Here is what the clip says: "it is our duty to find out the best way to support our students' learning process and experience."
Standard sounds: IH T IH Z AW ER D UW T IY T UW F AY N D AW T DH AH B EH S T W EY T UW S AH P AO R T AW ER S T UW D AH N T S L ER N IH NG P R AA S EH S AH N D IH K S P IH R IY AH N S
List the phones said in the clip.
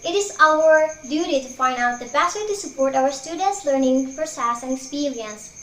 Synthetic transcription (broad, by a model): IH T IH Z AW ER D UW T IY T UW F AY N D AW T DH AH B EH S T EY T UW S AH P AO R T AW ER S T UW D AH N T S L ER N IH NG F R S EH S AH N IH K S P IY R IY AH N S